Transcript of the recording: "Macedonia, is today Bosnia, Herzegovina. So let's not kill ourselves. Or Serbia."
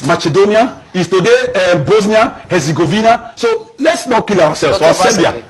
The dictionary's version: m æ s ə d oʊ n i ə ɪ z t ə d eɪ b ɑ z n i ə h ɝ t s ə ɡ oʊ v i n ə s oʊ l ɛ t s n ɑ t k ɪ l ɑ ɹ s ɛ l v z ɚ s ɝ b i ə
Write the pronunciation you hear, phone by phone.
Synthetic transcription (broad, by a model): m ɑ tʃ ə d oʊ n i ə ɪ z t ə d eɪ b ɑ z n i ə h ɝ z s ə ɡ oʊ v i n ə s oʊ l ɛ t s n ɑ t k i l ɑ w s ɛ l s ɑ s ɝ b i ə